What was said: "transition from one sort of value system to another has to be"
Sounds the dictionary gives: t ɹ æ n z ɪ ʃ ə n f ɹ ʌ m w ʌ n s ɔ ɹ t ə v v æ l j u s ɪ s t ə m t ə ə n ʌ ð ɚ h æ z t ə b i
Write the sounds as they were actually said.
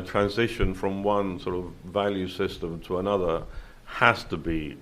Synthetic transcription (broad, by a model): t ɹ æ n z ɪ ʃ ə n f ɹ ʌ m w ʌ n s ɔ ɹ t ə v v æ l j u s ɪ s t ə m t ə ə n ʌ ð ɚ h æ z t ə b i